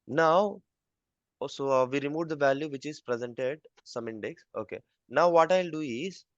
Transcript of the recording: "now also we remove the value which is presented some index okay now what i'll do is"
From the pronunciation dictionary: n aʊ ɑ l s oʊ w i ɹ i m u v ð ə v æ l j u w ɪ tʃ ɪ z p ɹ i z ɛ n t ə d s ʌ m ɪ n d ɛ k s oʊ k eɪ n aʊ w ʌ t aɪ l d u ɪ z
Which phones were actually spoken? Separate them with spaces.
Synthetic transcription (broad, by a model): n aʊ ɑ w s oʊ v i ɹ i m u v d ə v æ l j u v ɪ tʃ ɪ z p ɹ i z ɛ n t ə d s ʌ m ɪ n d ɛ k s oʊ k eɪ n aʊ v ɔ t aɪ l d u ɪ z